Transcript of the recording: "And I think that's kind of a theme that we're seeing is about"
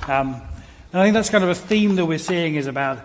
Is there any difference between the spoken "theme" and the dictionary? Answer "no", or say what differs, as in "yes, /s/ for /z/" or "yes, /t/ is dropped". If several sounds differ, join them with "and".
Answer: no